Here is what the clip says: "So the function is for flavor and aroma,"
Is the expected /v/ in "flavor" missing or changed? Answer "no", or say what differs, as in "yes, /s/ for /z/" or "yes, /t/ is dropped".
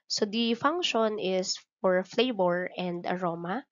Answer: yes, /b/ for /v/